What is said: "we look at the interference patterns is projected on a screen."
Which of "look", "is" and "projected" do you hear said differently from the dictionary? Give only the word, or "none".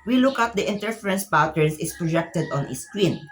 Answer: is